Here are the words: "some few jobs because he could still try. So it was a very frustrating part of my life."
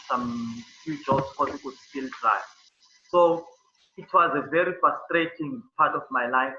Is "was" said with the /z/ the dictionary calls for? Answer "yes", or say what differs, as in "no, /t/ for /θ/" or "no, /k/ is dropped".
yes